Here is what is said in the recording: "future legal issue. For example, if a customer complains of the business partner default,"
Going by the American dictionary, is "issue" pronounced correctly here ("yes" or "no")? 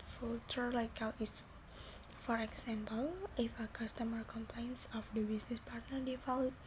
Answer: no